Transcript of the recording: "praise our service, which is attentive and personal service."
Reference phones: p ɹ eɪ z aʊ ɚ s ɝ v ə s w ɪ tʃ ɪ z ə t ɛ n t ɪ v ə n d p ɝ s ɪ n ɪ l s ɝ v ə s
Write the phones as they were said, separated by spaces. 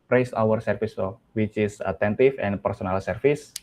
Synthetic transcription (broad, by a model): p ɹ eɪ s aʊ ɚ s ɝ f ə s w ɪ tʃ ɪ s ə t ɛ n t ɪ f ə n p ɝ s ɪ n ɪ l s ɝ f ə s